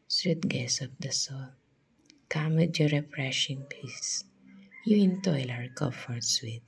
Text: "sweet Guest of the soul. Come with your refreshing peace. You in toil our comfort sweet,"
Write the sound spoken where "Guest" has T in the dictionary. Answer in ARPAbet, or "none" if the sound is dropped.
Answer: none